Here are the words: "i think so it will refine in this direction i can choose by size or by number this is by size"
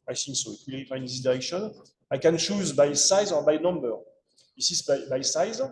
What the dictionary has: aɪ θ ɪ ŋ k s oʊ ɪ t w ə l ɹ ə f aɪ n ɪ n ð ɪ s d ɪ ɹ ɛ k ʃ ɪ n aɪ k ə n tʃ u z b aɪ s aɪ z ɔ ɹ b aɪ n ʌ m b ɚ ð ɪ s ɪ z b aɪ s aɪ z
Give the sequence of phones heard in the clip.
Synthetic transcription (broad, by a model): aɪ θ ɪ ŋ k s oʊ ɪ t w ə l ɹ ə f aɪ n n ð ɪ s d ɪ ɹ ɛ k ʃ ɪ n aɪ k ə n tʃ u z b aɪ s aɪ z ɔ ɹ b aɪ n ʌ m b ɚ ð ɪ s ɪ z b aɪ s aɪ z